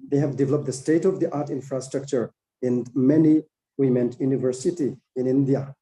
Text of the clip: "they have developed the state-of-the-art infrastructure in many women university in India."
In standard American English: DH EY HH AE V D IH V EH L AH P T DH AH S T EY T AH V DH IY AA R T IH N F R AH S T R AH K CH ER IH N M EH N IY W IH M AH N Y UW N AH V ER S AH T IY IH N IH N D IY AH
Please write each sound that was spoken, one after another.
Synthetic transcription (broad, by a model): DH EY HH AE V D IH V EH L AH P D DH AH S T EY T AH V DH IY AA R T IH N F R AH S T R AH K CH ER IH N M EH N IY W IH M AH N Y UW N AH V ER S AH T IY IH N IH N D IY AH